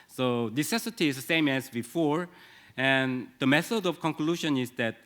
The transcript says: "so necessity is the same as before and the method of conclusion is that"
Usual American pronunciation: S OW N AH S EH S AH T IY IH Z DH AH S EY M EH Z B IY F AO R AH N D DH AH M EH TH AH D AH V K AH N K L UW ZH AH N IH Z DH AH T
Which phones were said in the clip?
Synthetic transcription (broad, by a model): S OW N AH S EH S AH T IY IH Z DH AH S EY M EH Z B IY F AO R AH N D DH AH M EH TH AH D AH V K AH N K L UW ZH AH N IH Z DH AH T